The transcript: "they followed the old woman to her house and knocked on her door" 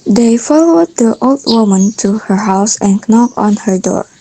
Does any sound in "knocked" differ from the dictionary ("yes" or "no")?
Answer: yes